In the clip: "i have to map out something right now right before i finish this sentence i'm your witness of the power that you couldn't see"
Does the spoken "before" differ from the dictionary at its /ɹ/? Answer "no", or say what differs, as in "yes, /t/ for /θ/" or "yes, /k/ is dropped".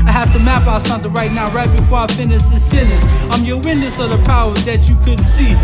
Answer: no